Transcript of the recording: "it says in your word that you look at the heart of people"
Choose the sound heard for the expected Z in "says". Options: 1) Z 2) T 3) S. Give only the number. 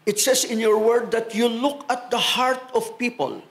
3